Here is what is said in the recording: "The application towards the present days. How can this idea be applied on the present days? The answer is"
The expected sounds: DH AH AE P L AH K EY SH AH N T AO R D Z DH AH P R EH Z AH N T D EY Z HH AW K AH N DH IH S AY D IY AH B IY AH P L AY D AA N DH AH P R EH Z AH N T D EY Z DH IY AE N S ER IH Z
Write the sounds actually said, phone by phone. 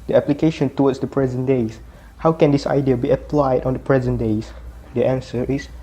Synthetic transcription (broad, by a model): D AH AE P L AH K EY SH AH N T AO W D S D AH P R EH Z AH N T D EY S HH AW K AH N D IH S AY D IY AH B IY AH P L AY D AA N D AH P R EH Z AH N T D EY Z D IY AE N S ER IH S